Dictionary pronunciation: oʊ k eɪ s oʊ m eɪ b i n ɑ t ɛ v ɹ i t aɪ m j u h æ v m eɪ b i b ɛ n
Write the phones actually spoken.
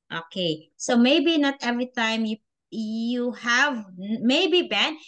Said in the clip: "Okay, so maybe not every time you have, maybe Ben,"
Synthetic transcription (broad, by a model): oʊ k eɪ s oʊ m eɪ b i n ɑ t ɛ v ɹ i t aɪ m j u h æ v m eɪ b i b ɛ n